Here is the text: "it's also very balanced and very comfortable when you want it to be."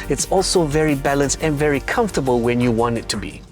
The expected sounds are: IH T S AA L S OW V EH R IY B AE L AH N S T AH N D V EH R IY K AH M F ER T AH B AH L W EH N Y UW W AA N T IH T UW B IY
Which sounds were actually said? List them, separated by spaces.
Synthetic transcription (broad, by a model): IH T S AA L S OW V EH R IY B AE L AH N S T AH N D V EH R IY K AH M F T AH B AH L W EH N Y UW W AA N T IH T UW B IY